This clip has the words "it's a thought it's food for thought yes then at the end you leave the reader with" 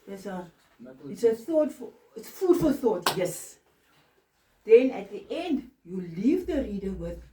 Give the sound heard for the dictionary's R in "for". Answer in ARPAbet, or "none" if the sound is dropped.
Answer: L